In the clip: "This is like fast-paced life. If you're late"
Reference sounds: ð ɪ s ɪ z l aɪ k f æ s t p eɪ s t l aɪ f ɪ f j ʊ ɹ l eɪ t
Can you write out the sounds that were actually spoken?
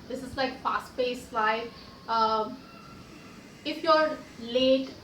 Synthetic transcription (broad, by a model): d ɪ s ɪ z l aɪ k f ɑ s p eɪ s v aɪ ɪ f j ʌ ɹ l eɪ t